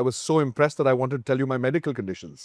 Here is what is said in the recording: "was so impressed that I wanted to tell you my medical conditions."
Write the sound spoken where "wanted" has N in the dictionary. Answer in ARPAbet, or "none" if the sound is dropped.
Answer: N